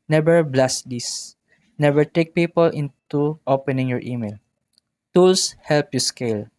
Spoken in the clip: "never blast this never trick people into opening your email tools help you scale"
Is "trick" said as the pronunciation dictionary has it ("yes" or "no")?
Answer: no